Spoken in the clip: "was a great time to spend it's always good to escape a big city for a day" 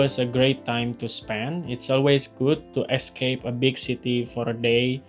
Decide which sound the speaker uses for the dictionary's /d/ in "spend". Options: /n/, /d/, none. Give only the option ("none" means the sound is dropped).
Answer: none